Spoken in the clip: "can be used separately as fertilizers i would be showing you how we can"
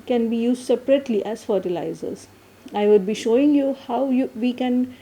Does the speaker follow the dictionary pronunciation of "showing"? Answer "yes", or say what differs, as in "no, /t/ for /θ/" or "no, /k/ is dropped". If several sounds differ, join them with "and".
yes